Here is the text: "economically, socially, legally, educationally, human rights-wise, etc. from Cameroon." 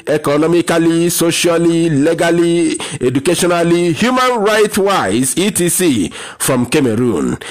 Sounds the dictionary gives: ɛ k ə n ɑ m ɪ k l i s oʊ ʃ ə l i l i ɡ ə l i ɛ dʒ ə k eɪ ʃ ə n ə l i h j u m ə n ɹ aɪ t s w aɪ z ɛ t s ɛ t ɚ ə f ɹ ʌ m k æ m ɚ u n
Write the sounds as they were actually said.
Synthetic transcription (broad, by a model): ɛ k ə n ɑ m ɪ k l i s oʊ ʃ ə l i l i ɡ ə l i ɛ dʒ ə k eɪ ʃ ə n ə l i h j u m ə n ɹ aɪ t w aɪ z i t i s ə f ɹ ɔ m k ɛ m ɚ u n